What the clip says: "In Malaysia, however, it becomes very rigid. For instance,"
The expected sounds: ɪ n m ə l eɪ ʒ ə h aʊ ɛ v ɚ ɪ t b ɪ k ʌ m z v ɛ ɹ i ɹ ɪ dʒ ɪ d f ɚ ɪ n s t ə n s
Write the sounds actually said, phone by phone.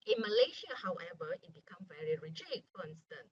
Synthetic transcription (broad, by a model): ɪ n m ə l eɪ ʃ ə h aʊ ɛ v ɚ ɪ t b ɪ k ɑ m v ɛ ɹ i ɹ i dʒ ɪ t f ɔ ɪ n s t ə n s